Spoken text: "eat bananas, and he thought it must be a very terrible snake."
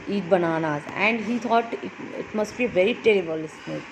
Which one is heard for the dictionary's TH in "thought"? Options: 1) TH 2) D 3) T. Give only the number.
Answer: 3